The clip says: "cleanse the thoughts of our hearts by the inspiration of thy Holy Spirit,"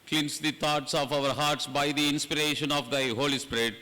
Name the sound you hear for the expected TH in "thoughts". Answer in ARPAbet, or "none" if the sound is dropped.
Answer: T